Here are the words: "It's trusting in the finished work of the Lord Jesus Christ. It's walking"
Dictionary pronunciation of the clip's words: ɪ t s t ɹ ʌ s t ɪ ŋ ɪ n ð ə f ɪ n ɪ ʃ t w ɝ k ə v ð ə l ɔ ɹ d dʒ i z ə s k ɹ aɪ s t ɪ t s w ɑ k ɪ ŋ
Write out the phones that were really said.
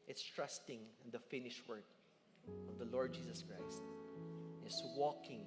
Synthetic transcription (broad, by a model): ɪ t s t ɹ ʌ s t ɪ ŋ ɪ n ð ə f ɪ n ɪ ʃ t w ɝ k ə v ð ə l ɔ ɹ d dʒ i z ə s k ɹ aɪ s t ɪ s w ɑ k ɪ ŋ